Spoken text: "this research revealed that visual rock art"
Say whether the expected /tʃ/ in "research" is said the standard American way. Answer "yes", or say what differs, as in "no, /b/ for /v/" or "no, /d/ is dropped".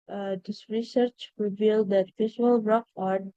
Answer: yes